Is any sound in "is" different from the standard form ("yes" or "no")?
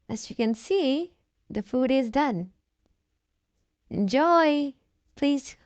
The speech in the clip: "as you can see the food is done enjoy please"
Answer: no